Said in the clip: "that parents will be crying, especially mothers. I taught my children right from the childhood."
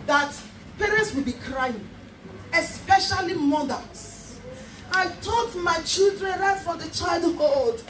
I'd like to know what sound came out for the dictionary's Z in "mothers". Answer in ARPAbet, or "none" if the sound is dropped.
S